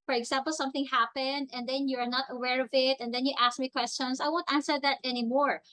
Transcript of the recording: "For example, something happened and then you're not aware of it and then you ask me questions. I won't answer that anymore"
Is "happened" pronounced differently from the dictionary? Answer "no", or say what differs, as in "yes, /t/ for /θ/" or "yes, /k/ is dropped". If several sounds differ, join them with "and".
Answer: no